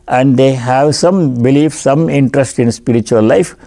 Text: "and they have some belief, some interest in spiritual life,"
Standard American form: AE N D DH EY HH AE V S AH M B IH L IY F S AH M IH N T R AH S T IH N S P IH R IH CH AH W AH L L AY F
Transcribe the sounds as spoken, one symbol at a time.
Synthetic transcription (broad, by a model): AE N D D EY HH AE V S AH M B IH L IY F S AH M IH N T R AH S T IH N S P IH R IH CH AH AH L L AY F